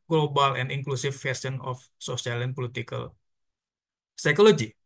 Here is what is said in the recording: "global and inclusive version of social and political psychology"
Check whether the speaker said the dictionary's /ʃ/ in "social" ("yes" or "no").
no